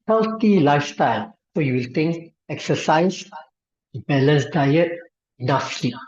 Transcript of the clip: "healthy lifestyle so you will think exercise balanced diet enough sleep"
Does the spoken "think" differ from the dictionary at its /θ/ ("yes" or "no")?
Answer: yes